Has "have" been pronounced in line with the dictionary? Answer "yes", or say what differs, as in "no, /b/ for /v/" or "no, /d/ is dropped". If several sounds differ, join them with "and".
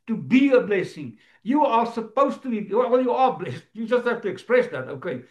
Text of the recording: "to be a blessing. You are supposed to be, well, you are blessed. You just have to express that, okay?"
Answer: no, /f/ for /v/